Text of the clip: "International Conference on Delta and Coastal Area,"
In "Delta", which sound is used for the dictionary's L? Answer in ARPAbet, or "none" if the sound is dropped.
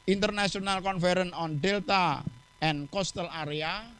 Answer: L